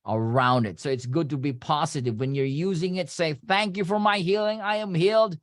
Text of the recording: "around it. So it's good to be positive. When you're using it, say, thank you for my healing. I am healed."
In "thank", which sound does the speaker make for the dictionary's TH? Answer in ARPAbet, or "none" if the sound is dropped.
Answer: TH